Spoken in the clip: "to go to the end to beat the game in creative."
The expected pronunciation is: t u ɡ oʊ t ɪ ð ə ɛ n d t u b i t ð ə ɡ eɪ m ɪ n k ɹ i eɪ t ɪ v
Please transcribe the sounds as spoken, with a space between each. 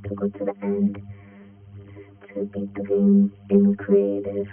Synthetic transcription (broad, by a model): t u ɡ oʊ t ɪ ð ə ɛ n d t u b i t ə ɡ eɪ ɪ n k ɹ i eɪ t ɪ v